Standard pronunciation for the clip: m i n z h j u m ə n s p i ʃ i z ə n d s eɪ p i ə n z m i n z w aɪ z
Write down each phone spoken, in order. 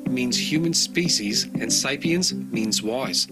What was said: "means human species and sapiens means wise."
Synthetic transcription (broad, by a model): m i n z h j u m ə n s p i ʃ i z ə n s eɪ p i ə n z m i n z w aɪ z